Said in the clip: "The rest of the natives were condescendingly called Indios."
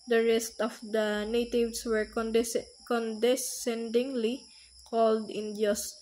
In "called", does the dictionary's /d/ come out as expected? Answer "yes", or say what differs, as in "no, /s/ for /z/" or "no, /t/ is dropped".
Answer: yes